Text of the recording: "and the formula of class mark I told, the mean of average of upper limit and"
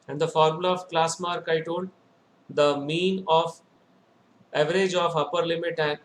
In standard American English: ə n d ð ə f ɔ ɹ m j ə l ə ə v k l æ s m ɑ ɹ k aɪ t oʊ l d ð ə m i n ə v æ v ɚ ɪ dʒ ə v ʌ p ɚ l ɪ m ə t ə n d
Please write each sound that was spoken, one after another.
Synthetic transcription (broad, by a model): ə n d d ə f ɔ ɹ m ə l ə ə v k l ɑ s m ɑ ɹ k aɪ t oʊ n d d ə m i n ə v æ v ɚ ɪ dʒ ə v ʌ p ɚ l ɪ m ə t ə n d